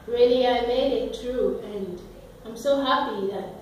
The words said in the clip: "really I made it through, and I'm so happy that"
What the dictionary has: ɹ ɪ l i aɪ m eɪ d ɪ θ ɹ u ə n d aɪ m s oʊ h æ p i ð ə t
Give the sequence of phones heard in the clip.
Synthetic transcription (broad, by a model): ɹ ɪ l i aɪ m eɪ d ɪ t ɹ u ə n aɪ m s oʊ h æ p i ð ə t